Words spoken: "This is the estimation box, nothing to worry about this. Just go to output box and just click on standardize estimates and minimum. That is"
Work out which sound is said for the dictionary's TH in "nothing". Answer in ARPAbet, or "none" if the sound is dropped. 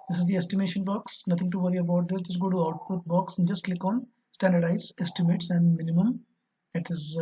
T